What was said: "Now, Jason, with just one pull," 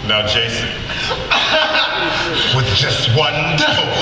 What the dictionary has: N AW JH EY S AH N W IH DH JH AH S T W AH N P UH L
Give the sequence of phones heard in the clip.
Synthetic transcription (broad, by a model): N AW JH EY S AH N W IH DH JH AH S T W AH N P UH